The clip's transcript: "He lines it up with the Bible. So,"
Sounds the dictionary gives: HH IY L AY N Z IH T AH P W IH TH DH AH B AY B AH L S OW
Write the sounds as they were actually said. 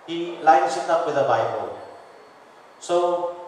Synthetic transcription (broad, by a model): HH IY L AY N S IH T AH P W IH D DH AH B AY B AH L S OW